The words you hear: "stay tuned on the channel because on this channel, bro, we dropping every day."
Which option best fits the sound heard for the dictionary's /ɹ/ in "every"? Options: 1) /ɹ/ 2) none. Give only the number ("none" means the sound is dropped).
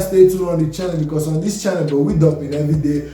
2